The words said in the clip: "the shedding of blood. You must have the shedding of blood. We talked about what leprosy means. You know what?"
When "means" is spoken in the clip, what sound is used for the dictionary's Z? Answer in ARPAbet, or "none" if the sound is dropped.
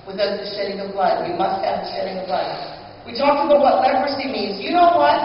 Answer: Z